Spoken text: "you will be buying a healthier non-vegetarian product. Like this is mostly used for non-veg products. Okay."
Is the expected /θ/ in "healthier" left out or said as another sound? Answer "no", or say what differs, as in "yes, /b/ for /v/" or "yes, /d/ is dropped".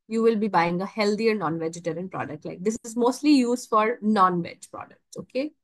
yes, /t/ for /θ/